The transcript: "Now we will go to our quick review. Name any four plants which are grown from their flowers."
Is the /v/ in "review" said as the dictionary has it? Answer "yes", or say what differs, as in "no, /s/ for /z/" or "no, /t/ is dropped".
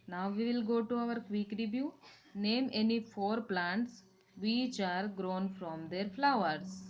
no, /b/ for /v/